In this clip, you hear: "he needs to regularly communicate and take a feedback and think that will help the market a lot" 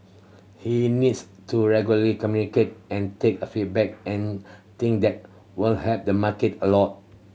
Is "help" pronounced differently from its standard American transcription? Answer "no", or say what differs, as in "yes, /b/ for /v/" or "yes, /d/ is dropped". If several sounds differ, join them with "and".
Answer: yes, /l/ is dropped